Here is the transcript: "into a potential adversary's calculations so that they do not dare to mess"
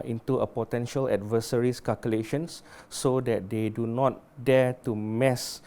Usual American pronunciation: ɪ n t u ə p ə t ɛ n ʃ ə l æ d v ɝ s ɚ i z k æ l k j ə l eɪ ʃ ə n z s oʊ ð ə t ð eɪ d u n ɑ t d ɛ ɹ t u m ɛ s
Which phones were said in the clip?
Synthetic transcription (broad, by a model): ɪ n t u ə p ə t ɛ n ʃ ə l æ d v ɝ s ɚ i s k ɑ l k j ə l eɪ ʃ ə n s oʊ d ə t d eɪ d u n ɑ t d ɛ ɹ t u m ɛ s